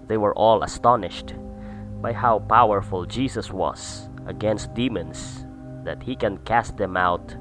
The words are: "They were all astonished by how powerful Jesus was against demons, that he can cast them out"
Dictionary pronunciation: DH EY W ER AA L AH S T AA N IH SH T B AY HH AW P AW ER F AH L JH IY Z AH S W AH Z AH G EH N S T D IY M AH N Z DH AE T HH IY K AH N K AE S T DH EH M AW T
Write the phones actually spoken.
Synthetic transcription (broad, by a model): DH EY W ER AA L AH S T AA N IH SH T B AY HH AW P AW ER F AH L JH IY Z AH S W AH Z AH G EH N S T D IY M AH N S DH AE T HH IY K AH N K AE S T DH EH M AW T